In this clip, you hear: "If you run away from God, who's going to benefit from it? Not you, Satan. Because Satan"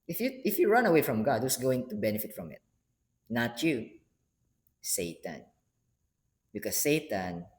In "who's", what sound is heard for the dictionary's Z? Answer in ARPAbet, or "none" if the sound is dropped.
S